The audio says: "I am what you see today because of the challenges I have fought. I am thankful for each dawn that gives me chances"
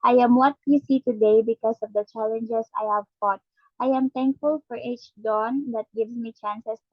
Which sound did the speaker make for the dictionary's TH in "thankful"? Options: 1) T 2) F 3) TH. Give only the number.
1